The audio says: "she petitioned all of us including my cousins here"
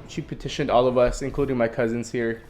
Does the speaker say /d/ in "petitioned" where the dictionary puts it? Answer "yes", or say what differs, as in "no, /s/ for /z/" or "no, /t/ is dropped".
yes